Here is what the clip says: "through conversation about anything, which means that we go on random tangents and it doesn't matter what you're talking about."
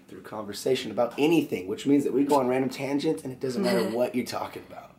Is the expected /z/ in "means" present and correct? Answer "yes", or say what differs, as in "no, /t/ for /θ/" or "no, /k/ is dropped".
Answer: yes